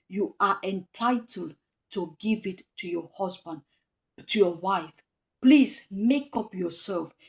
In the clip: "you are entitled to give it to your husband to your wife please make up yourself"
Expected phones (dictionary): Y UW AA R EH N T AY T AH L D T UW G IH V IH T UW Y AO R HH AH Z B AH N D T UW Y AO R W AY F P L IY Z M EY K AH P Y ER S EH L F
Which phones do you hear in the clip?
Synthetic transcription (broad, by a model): Y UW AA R EH N T AY T AH L D T UW G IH V IH T UW Y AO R HH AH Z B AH N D T UW Y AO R W AY F P L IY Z M EY K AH P Y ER S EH L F